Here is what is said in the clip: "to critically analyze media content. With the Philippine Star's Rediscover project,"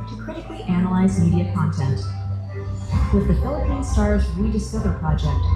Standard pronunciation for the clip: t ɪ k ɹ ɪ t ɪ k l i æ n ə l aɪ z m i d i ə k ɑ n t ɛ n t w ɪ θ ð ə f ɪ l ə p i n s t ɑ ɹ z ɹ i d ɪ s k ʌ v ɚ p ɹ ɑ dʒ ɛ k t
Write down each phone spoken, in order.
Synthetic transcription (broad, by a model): t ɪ k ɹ ɪ t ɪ k l i æ n ə l aɪ z m i d i ə k ɑ n t ɛ n t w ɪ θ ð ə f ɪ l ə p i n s t ɑ ɹ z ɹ i d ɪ s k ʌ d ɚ p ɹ ɑ dʒ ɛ k t